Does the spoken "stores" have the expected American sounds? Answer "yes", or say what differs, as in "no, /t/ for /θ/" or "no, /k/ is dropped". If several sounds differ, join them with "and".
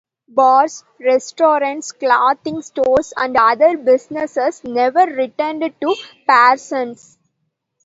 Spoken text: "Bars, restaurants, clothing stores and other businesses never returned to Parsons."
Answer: no, /s/ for /z/